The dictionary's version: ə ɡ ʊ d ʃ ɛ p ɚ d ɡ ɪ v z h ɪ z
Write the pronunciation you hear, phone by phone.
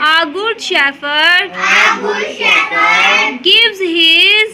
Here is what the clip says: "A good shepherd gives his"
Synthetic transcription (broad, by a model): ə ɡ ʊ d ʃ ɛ f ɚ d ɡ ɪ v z h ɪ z